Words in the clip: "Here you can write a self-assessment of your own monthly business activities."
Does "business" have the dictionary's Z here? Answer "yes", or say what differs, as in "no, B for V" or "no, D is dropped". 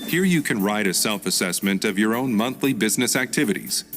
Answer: yes